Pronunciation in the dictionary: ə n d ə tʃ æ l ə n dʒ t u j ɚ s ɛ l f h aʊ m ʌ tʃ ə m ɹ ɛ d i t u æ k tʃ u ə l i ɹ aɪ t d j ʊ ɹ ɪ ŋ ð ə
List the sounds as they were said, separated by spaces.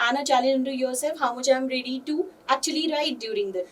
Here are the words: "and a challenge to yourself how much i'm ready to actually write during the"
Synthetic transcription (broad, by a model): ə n ə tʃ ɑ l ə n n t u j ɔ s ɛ f h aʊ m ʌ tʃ ə m ɹ ɛ d i t u æ k tʃ u ə l i ɹ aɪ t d j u ɹ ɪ ŋ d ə